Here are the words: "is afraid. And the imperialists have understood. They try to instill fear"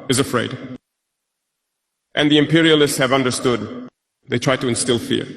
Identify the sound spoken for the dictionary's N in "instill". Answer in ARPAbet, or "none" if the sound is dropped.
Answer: N